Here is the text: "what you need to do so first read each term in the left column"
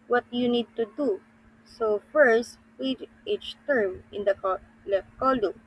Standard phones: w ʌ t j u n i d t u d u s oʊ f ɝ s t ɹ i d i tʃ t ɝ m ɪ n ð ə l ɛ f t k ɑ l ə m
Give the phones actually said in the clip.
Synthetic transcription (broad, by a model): w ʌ t j u n i d t u d u s oʊ f ɝ s t w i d i tʃ t ɝ m ɪ n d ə l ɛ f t k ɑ l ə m